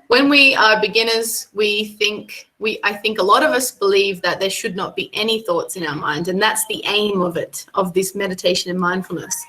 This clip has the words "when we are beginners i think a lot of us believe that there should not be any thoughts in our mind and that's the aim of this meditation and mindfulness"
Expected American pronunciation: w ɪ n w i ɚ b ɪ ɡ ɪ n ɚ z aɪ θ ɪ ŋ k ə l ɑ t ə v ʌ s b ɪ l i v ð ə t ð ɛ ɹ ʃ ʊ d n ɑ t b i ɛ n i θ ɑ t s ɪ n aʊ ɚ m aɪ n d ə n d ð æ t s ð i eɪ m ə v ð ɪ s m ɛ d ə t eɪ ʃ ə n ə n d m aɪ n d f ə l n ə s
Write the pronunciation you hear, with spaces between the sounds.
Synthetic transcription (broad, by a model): w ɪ n w i ɚ b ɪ ɡ ɪ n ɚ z aɪ θ ɪ ŋ k ə l ɑ t ə v ʌ s b ɪ l i v ð ə t ð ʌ ɹ ʃ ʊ d n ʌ t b i ɛ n i θ ɑ t s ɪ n aʊ ɚ m aɪ n d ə n ð æ t s ð i eɪ m ə v ð ɪ s m ɛ d ə t eɪ ʃ ə n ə n m aɪ n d f l n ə s